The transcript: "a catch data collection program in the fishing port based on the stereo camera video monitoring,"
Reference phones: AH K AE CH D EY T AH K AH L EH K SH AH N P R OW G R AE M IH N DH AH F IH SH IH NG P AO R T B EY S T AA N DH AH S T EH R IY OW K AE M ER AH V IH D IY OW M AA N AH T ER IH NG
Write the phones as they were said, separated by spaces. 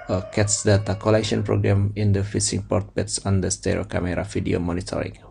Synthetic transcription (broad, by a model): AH K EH S D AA T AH K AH L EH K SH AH N P R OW G R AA M IH N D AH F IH S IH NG P AO R T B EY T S AA N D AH S T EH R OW K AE M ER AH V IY D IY OW M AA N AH T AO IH NG